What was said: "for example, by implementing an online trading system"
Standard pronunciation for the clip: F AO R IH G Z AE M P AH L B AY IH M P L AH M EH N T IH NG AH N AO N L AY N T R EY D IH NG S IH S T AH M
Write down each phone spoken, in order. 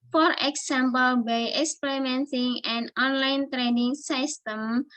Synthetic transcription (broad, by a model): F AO R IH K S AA M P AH L B AY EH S P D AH M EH N S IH NG AH N AO N L AY N T R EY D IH NG S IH S T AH M